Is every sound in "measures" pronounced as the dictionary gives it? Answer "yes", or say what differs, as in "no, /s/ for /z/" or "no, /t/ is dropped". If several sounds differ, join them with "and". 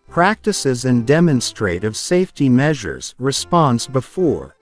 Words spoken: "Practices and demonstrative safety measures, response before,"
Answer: yes